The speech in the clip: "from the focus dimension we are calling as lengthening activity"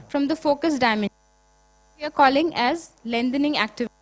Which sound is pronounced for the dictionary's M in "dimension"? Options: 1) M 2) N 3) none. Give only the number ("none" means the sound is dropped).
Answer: 3